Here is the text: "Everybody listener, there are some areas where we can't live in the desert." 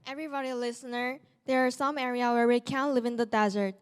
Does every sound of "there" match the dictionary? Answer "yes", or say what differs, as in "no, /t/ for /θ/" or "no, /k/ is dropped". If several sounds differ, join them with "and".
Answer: yes